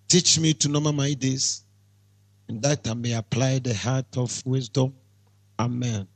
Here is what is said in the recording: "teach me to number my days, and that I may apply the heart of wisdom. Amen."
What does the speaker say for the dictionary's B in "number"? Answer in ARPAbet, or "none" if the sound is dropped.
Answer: none